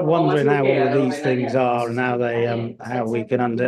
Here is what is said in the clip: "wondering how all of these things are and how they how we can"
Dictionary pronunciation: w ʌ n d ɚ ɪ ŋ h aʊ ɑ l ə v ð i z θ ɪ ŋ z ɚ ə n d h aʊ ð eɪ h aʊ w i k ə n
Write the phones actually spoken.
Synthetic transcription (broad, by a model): w ʌ n d ɚ ɪ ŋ h aʊ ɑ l ə v ð i z θ ɪ ŋ z ɚ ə n h aʊ ð eɪ h aʊ w i k ə n